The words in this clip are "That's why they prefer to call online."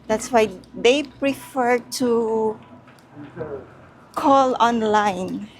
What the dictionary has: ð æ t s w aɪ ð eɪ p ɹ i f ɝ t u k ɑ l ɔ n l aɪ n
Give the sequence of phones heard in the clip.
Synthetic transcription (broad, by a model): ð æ t s w aɪ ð eɪ p ɹ i f ɝ t u k ɑ l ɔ n l aɪ n